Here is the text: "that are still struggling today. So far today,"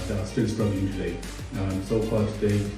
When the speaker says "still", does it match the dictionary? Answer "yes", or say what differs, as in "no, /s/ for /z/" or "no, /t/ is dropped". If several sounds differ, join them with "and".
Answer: no, /n/ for /l/